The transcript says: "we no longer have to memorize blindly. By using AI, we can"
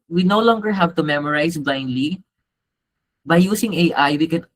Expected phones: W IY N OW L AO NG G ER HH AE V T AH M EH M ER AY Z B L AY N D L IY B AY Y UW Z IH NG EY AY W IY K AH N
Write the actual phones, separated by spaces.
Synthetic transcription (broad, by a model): W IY N OW L AO NG G ER HH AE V T AH M EH M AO AY S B L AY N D L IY B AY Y UW S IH NG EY AY W IY K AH N